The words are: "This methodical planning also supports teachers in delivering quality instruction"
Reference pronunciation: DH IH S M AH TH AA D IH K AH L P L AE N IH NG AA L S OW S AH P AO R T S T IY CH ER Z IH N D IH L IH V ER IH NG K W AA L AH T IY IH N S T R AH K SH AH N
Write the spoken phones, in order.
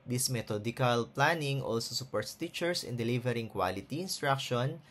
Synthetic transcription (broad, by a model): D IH S M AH T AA D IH K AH L P L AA N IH NG AA L S OW S AH P AO R T S T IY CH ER S IH N D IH L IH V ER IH NG K W AA L AH T IY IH N S T R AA K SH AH N